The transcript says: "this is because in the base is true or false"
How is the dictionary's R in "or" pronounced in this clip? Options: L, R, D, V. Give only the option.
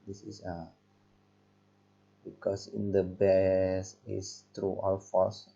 L